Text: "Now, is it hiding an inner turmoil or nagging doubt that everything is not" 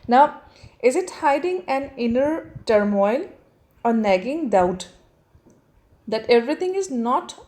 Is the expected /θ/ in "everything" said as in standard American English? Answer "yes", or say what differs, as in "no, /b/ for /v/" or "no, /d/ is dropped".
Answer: no, /t/ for /θ/